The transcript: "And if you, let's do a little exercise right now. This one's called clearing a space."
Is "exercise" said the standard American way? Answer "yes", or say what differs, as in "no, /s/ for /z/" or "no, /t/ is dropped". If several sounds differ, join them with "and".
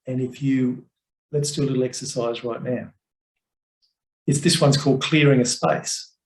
yes